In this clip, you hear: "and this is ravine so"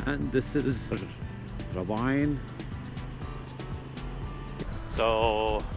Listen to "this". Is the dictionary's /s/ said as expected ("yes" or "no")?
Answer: yes